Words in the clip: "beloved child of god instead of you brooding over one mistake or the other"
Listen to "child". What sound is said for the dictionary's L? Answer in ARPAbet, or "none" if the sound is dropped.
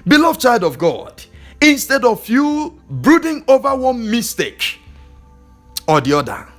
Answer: L